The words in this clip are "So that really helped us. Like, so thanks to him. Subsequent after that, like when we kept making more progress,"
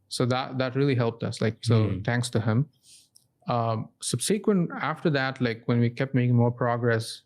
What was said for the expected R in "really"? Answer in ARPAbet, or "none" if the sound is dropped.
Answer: R